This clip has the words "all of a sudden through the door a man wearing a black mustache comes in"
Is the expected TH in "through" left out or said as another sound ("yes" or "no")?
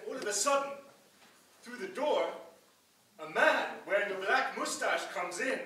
no